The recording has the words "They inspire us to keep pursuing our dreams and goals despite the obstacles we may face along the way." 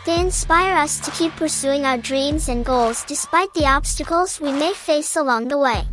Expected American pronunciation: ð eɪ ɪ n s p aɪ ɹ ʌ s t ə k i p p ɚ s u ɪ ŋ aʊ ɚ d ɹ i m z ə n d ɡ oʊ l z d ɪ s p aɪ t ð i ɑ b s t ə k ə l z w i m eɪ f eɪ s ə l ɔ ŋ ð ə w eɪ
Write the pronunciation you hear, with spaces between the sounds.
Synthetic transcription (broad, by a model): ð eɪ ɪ n s p aɪ ɹ ʌ s t ə k i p p ɚ s u ɪ ŋ aʊ ɚ d ɹ i m z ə n ɡ oʊ l z d ɪ s p aɪ t ð i ɑ b s t ə k ə l z w i m eɪ f eɪ s ə l ɔ ŋ ð ə w eɪ